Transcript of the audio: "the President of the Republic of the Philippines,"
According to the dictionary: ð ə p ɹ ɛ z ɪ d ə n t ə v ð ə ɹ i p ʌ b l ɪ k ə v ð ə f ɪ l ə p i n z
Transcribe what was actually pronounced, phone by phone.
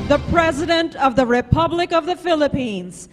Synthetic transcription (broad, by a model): ð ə p ɹ ɛ z ɪ d ə n t ə v ð ə ɹ i p ʌ b l ɪ k ə v ð ə f ɪ l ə p i n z